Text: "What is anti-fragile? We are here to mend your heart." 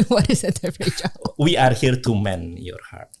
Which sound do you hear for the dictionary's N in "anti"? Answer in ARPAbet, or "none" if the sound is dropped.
none